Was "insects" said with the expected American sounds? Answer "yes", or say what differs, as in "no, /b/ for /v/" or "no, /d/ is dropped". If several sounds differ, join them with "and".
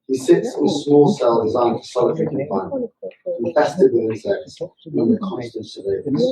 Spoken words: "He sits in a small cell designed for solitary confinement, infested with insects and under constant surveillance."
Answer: no, /n/ is dropped